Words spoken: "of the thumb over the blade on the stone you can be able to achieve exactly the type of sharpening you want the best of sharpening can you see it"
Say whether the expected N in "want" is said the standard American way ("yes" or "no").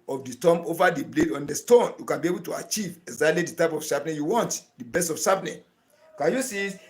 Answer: yes